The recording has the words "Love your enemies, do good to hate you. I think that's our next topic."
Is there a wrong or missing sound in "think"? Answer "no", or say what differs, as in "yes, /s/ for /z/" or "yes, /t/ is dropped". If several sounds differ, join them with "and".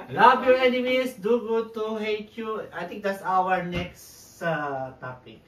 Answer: yes, /t/ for /θ/